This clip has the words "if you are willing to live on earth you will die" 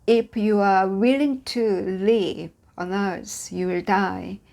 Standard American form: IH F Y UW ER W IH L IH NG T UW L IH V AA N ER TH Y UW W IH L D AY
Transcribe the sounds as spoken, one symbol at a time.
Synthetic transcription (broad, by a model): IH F Y UW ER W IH L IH NG T UW L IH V AA N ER S Y UW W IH L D AY